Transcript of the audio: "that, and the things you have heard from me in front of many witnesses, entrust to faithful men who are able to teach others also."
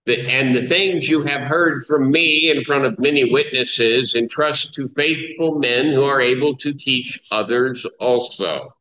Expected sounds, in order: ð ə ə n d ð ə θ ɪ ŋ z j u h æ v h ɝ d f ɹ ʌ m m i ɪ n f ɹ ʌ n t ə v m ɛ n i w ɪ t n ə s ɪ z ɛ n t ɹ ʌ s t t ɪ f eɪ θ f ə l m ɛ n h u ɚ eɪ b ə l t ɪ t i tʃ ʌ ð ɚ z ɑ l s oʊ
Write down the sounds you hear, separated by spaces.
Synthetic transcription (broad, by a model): ð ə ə n ð ə θ ɪ ŋ z j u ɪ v h ɝ d f ɹ ʌ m m i ɪ n f ɹ ʌ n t ə v m ɛ n i w ɪ t n ə s ɪ z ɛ n t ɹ ʌ s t t ɪ f eɪ θ f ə l m ɛ n h u ɚ eɪ b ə l t ɪ t i tʃ ʌ ð ɚ z ɑ l s oʊ